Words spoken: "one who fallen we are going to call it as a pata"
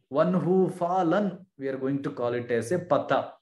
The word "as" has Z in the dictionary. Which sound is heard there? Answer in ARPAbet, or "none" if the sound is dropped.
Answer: S